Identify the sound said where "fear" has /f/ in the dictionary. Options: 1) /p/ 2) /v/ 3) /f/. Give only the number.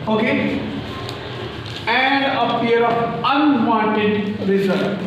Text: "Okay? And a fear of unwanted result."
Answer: 1